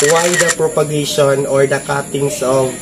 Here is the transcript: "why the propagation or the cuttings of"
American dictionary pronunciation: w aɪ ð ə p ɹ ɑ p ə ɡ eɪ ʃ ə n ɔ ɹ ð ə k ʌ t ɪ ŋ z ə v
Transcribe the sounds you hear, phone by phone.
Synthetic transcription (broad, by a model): w aɪ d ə p ɹ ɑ p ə ɡ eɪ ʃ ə n ɔ ɹ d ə k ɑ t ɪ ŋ s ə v